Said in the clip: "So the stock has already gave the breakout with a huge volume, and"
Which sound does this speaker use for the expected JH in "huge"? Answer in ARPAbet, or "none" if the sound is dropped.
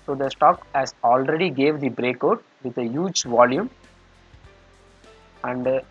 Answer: JH